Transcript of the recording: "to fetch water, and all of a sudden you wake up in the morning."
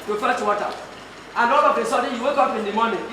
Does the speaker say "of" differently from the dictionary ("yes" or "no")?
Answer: yes